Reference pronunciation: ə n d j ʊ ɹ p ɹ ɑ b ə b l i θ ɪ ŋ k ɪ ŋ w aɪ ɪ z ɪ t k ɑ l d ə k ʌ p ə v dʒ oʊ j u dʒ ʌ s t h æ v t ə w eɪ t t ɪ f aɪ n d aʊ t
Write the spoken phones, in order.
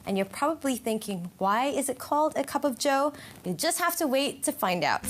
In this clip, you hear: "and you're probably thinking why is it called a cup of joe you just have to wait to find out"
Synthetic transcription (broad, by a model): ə n j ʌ ɹ p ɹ ɑ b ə b l i θ ɪ ŋ k ɪ ŋ w aɪ ɪ z ɪ t k ɑ l d ə k ʌ p ə v dʒ oʊ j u dʒ ʌ s t h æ f t ə w eɪ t t ɪ f aɪ n d aʊ t